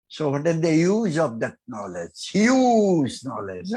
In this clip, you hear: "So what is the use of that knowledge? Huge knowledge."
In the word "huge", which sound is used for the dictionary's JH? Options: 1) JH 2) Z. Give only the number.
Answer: 2